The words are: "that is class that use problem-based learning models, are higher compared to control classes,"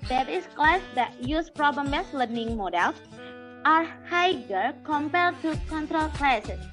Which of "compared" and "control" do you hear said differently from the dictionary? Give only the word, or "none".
none